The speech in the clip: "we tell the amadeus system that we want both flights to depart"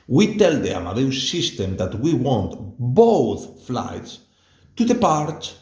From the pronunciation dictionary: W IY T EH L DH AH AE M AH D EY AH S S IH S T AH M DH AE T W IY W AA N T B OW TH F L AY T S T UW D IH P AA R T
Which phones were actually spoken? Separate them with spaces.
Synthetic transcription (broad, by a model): W IY T EH L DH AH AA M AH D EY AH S S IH S T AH M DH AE T W IY W AA N T B OW TH F L AY T S T UW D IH P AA R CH